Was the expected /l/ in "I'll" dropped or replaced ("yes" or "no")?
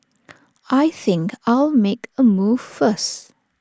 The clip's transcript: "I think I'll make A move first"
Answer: no